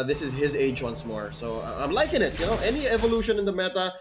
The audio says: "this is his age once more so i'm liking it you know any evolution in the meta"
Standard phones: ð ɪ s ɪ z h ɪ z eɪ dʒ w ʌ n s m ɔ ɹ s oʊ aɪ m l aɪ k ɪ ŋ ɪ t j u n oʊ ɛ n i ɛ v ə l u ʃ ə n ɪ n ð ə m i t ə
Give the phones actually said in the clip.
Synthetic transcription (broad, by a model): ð ɪ s ɪ z h ɪ z eɪ dʒ w ʌ n s m ɔ ɹ s oʊ aɪ m l aɪ k ɪ ŋ ɪ t j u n oʊ ɛ n i ɛ v ə l u ʃ ə n ɪ n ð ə m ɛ t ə